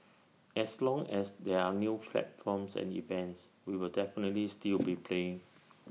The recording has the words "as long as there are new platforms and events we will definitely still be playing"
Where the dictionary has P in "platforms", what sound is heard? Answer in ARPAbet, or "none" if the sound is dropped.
F